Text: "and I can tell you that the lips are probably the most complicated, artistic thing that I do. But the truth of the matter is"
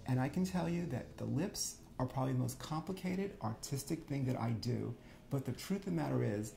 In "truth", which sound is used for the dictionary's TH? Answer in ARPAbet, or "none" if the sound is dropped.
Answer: TH